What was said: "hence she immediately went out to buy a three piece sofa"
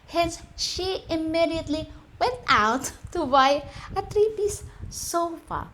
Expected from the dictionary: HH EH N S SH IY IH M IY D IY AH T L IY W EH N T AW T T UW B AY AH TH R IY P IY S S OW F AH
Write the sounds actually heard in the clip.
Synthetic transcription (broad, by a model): HH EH N S SH IY IH M IY D IY AH T L IY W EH N T AW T T UW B AY AH T R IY P IY S S OW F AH